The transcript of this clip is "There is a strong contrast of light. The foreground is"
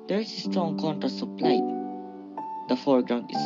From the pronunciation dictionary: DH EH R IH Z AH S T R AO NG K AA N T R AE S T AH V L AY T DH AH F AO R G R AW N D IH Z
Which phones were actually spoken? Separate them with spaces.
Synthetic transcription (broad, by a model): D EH R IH S AH S T R AO NG K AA N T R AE S AH P L AY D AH F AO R G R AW N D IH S